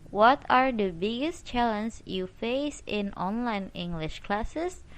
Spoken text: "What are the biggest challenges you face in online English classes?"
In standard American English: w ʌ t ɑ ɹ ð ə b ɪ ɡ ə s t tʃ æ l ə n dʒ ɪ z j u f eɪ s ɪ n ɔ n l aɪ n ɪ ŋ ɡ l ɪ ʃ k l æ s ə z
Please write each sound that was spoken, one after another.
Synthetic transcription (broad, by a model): w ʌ t ɑ ɹ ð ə b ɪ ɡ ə s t tʃ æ l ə n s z j u f eɪ s ɪ n ɔ n l aɪ n ɪ ŋ ɡ l ɪ ʃ k l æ s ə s